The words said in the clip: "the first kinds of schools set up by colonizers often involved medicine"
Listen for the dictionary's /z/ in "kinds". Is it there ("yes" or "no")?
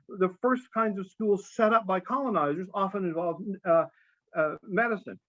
yes